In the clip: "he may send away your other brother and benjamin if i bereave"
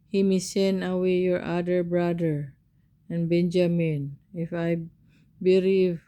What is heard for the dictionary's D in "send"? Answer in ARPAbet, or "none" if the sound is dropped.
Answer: none